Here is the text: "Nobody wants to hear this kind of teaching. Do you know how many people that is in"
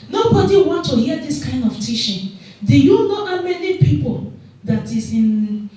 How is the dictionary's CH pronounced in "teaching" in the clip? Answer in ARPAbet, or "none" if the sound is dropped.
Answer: SH